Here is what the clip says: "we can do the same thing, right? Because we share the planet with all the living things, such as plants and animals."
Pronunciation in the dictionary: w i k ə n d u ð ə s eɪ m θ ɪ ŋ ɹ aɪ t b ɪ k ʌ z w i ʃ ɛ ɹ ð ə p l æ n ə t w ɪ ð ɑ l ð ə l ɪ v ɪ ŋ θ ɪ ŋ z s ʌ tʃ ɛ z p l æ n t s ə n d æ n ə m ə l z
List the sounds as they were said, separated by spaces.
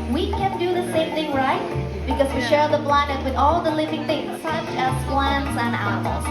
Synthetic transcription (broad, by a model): w i k ə n d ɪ ð ə s eɪ m θ ɪ ŋ ɹ aɪ t b ɪ k ʌ z w i ʃ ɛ ɹ ð ə b l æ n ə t w ɪ ð ɑ l ð ə l ɪ v ɪ ŋ θ ɪ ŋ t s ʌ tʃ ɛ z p l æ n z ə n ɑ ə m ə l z